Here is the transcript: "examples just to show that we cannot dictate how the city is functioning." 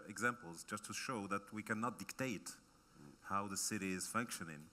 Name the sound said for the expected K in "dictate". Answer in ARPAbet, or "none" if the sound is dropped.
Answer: K